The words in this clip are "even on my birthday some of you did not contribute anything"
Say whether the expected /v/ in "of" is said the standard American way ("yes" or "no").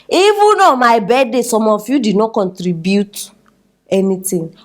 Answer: no